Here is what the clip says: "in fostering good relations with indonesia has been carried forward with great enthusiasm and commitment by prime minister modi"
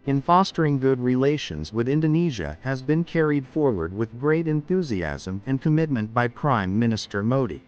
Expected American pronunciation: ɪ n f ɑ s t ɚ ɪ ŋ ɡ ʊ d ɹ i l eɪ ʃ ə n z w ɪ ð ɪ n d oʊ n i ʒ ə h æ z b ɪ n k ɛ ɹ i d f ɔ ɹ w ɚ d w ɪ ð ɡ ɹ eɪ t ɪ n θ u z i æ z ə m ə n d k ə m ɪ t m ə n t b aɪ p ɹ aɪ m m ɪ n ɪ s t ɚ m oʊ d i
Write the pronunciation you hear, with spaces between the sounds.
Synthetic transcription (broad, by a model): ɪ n f ɑ s t ɚ ɪ ŋ ɡ ʊ d ɹ i l eɪ ʃ ə n z w ɪ ð ɪ n d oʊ n i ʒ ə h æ z b ɪ n k ɛ ɹ i d f ɔ ɹ w ɚ d w ɪ ð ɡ ɹ eɪ t ɪ n θ u z i æ z ə m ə n k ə m ɪ t m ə n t b aɪ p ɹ aɪ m m ɪ n ɪ s t ɚ m oʊ d i